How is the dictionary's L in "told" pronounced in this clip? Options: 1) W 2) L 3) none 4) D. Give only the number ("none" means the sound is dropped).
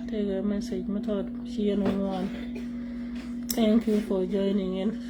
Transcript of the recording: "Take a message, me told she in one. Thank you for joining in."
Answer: 3